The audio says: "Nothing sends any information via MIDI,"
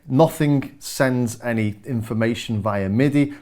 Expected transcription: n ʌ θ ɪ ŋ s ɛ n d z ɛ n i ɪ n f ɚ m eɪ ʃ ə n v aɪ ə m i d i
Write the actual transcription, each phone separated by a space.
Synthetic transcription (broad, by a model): n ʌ θ ɪ ŋ s ɛ n d z ɛ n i ɪ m f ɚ m eɪ ʃ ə n v aɪ ə m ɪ d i